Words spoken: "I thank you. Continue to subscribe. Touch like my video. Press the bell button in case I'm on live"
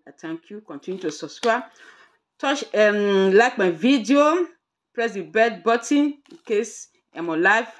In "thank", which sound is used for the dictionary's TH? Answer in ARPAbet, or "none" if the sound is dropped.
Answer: T